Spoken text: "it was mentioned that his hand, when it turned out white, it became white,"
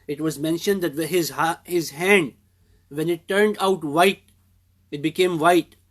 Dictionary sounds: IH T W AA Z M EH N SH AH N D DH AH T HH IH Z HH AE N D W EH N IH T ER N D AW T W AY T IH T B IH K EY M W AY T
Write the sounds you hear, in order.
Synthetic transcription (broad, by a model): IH T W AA Z M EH N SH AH N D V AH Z HH IH Z HH AE N D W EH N IH T ER N D AW T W AY T IH T B IH K EY M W AY T